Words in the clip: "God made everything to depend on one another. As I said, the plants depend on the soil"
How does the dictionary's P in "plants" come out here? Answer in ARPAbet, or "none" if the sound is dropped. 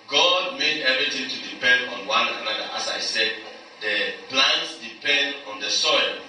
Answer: B